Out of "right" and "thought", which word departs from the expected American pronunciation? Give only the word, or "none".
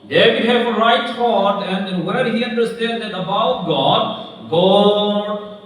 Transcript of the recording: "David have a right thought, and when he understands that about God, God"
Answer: thought